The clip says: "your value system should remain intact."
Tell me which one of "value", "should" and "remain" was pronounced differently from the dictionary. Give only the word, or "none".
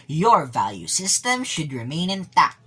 none